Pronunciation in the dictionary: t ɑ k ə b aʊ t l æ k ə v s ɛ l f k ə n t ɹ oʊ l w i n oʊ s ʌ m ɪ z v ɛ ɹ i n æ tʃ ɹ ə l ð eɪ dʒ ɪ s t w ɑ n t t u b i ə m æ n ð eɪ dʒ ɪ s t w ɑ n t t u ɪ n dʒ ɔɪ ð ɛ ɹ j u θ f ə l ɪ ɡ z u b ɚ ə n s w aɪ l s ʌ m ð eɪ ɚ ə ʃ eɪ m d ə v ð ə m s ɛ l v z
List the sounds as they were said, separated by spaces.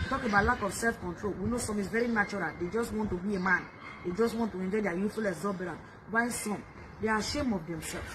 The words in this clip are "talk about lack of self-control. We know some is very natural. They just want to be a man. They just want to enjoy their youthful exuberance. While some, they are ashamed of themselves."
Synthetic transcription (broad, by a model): t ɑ k ə b aʊ t l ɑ k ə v s ɛ l f k ə n t ɹ oʊ l w i n oʊ s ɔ m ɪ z v ɛ ɹ i n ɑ tʃ ɹ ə l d eɪ dʒ ɪ s t w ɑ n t t u b i ə m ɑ n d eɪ dʒ ɪ s t w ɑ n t t u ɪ n dʒ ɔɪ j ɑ j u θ f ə l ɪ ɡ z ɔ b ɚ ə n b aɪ n s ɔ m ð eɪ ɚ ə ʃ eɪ m ə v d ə m s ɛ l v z